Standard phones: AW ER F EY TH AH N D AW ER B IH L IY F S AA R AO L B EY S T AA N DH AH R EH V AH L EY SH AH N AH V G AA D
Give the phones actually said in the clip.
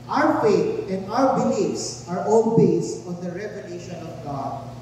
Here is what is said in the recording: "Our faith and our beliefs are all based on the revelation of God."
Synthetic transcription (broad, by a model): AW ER F EY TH AH N D AW ER B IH L IY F S AA R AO N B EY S AA N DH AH R EH V AH L EY SH AH N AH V G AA D